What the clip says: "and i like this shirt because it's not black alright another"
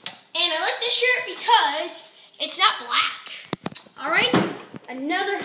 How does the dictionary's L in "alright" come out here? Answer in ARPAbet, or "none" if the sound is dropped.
L